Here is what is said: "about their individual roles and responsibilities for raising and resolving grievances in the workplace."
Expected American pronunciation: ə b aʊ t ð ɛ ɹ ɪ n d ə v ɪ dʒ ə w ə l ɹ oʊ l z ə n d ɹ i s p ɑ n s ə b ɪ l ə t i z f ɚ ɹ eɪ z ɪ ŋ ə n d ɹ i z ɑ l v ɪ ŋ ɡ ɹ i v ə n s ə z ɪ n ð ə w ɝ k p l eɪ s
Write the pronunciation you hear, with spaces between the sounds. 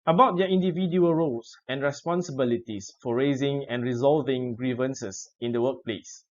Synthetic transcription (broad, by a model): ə b aʊ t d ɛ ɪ n d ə v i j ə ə l ɹ oʊ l s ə n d ɹ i s p ɑ n s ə b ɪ l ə t i s f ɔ ɹ eɪ z ɪ ŋ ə n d ɹ i z ɑ l v ɪ ŋ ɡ ɹ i v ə n s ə s ɪ n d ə w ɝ k p l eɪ s